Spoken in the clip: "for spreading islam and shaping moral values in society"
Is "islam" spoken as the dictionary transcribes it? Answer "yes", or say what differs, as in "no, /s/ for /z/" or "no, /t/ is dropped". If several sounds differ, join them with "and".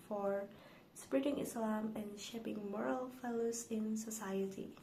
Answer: yes